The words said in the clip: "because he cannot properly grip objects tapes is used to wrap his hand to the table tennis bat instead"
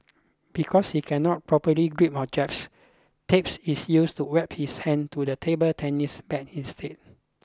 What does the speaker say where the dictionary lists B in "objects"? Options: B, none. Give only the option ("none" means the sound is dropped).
none